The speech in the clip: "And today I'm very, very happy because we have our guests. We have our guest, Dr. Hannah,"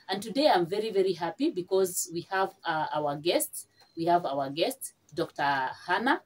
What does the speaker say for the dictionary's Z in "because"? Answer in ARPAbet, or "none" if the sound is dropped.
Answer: Z